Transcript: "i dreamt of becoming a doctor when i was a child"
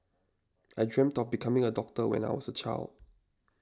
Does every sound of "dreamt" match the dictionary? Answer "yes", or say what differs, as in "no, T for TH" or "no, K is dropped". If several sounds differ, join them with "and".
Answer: yes